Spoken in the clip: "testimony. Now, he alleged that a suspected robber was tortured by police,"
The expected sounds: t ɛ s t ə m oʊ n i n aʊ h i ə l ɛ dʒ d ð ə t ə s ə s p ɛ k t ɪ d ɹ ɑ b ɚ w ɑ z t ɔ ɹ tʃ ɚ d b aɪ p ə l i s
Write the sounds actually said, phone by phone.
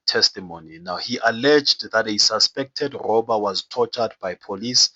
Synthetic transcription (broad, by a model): t ɛ s t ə m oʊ n i n aʊ h i ə l ɛ dʒ d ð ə t ə s ə s p ɛ k t ɪ d ɹ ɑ b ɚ w ɑ z t ɔ tʃ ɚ d b aɪ p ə l i s